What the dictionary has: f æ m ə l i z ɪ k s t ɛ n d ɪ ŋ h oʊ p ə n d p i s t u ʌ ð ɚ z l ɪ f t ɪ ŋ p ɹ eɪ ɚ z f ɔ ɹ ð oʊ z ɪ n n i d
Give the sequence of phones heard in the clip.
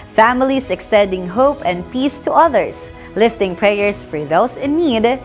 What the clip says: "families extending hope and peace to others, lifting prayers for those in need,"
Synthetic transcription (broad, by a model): f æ m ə l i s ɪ k s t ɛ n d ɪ ŋ h oʊ p ə n d p i s t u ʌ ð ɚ s l ɪ f t ɪ ŋ p ɹ eɪ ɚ s f ɔ ɹ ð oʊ s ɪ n n i d